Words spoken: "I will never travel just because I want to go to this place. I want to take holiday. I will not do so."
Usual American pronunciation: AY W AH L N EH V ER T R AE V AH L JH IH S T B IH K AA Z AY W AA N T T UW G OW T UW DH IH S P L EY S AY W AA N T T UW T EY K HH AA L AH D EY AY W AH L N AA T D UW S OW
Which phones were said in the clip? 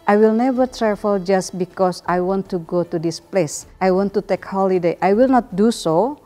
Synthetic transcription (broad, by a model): AY W AH L N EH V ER T R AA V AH L JH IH S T B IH K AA S AY W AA N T T UW G OW T UW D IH S P L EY S AY W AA N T T UW T EY K HH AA L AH D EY AY W AH L N AA T D UW S OW